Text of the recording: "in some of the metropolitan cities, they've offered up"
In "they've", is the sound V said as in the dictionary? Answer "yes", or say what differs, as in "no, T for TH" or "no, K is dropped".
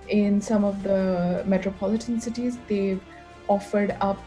no, V is dropped